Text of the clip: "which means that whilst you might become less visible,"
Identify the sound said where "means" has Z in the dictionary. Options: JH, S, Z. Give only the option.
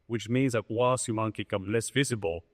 Z